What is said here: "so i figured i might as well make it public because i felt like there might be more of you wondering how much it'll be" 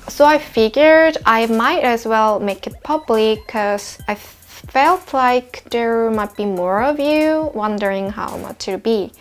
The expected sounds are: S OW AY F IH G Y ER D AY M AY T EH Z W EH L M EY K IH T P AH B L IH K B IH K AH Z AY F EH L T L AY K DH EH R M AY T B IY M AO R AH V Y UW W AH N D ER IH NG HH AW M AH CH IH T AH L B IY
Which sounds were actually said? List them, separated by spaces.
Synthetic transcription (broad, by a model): S OW AY F IH G Y ER D AY M AY T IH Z W EH L M EY K IH T P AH B L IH K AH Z AY F EH L T L AY K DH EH R M AY T B IY M AO R AH V Y UW W AH N D ER IH NG HH AW M AH CH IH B IY